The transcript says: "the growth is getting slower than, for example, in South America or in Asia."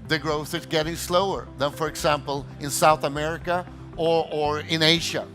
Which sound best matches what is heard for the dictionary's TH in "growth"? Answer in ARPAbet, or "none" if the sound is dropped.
TH